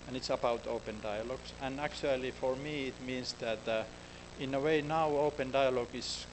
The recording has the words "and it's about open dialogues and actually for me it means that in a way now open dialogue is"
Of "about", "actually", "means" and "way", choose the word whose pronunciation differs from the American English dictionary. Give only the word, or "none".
means